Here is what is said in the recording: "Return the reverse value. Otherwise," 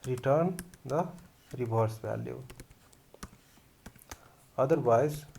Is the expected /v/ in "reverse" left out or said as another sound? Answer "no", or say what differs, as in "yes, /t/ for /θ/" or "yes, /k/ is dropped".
yes, /b/ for /v/